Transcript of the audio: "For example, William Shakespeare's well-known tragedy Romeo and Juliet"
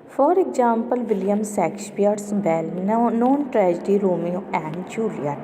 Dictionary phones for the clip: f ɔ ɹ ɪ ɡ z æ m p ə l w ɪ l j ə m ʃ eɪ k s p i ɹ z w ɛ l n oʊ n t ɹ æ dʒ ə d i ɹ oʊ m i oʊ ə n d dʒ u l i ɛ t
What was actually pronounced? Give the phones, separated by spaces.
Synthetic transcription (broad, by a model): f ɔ ɹ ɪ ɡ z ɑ m p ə l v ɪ l j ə m s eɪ k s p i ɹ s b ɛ l n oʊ n t ɹ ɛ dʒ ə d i ɹ oʊ m i oʊ ə n d dʒ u l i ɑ